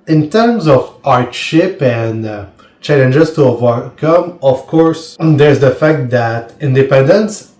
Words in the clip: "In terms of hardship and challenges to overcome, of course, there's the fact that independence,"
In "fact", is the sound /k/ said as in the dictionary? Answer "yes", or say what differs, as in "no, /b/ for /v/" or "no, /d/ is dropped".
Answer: yes